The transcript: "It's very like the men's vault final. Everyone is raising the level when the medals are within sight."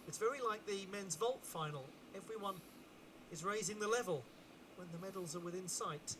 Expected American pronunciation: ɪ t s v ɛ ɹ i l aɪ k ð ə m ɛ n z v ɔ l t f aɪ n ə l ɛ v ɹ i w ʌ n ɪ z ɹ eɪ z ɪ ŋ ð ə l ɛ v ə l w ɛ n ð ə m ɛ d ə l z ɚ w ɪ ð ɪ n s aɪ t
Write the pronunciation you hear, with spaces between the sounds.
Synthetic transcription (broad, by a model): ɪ t s v ɛ ɹ i l aɪ k ð ə m ɛ n z v ɔ l t f aɪ n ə l ɛ v ɹ i w ʌ n ɪ z ɹ eɪ z ɪ ŋ ð ə l ɛ v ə l w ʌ n ð ə m ɛ d l z ɚ w ɪ ð ɪ n s aɪ t